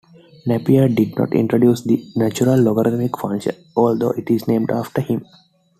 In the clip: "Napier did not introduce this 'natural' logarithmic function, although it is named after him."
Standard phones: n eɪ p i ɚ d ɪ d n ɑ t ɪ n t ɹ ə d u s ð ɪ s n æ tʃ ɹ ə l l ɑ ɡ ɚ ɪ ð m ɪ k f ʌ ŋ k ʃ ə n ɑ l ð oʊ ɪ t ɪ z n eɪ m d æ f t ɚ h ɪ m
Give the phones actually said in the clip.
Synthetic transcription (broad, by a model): n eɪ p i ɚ d ɪ d n ɑ t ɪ n t ɹ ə d u s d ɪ n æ tʃ ɹ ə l l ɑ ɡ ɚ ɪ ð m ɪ k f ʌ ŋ ʃ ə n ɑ l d oʊ ɪ t ɪ z n eɪ m d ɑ f t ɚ h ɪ m